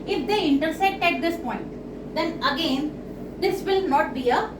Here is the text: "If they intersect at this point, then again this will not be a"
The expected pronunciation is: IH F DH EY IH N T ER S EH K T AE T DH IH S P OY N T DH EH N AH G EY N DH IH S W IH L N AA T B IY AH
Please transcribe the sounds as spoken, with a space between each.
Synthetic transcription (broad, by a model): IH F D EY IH N T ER S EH T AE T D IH S P OY N T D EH N AH G EY N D IH S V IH L N AA T B IY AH